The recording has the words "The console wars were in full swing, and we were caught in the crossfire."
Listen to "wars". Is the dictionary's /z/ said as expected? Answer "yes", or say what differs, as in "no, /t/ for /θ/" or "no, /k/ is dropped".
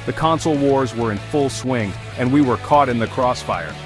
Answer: yes